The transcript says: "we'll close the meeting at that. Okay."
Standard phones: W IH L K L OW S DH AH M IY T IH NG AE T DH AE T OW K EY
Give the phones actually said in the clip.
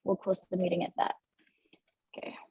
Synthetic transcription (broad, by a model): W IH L K W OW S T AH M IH T IH NG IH T DH AE T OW K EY